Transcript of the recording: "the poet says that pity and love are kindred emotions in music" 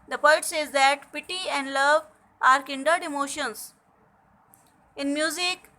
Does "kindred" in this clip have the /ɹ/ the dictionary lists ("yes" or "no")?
no